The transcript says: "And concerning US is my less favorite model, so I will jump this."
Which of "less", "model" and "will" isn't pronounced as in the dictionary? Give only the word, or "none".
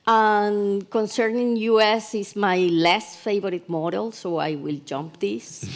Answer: none